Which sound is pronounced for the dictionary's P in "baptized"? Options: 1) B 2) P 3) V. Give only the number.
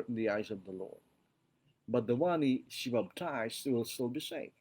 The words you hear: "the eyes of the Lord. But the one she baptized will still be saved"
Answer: 1